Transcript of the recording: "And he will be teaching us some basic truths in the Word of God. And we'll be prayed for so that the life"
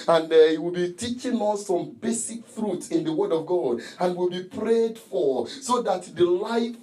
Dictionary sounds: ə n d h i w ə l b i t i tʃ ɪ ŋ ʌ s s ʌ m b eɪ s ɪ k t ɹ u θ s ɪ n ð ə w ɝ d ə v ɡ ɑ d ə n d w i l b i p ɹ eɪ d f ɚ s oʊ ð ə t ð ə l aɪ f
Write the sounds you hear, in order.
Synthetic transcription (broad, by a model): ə n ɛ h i w ə l b i t i tʃ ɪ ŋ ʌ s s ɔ m b eɪ s ɪ k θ ɹ u t s ɪ n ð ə w ɝ d ə v ɡ ɑ d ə n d w i l b i p ɹ eɪ d f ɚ s oʊ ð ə t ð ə l aɪ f